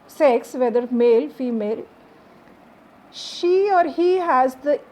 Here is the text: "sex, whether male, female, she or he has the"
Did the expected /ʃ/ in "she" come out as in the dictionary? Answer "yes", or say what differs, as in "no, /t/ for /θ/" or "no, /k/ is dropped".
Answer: yes